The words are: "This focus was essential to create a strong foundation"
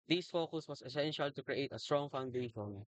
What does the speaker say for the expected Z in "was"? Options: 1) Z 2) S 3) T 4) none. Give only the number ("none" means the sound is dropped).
2